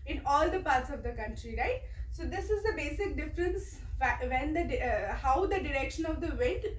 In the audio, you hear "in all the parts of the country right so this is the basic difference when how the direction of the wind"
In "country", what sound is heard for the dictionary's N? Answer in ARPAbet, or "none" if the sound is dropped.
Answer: N